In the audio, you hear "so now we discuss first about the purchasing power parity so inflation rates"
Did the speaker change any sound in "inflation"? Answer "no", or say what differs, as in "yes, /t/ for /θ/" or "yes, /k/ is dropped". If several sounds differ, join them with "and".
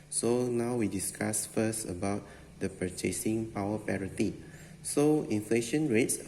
no